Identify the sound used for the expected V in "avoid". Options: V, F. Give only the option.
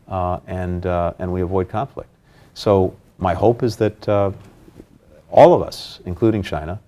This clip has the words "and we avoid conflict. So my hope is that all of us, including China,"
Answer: V